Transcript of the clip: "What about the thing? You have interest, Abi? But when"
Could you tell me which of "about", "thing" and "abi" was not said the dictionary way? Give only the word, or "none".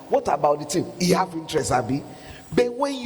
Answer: thing